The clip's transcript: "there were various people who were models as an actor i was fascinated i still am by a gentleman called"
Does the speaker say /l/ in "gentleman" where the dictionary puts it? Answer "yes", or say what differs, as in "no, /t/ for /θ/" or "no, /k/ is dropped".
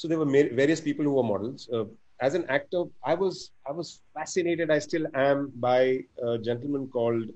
yes